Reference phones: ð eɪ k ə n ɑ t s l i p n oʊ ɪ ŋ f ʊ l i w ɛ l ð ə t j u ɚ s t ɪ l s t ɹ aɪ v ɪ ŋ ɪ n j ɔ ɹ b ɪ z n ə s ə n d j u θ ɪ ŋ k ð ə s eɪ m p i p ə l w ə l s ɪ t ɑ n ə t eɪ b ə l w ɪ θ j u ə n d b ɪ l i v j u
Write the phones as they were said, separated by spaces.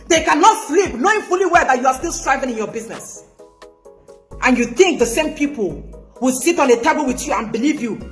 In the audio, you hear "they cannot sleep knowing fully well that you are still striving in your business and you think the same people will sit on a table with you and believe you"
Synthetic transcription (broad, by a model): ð eɪ k ə n ɑ t s l i p n oʊ ɪ ŋ f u l i w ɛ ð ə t j u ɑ s t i l s t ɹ aɪ v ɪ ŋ ɪ n j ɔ b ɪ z n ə s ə n j u θ ɪ ŋ k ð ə s eɪ m p i p ə l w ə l s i t ɑ n ə t eɪ b ə l w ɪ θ j u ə n b ɪ l i v j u